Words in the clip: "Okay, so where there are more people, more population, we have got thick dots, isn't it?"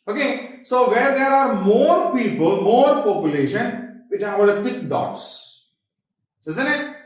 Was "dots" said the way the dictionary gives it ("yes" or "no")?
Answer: yes